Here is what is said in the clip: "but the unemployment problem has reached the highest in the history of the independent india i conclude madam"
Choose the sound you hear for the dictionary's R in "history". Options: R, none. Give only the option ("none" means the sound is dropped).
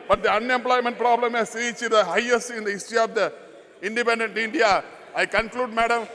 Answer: none